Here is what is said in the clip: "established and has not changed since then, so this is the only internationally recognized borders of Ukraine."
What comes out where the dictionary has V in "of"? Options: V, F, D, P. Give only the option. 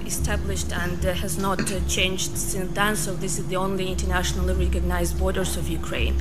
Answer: V